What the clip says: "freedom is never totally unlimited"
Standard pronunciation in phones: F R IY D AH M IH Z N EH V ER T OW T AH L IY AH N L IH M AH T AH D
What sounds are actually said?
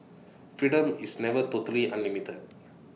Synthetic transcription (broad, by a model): F R IY D AH M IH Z N EH V ER T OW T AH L IY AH N IH M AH T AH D